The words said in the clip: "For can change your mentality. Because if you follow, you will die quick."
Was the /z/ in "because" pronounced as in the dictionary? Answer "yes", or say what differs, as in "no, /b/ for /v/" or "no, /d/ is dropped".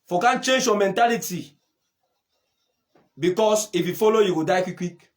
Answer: no, /s/ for /z/